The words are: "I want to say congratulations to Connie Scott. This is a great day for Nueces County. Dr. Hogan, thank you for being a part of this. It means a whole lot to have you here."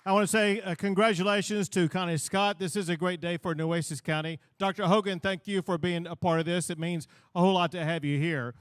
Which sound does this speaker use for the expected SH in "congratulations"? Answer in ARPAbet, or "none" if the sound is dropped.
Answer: SH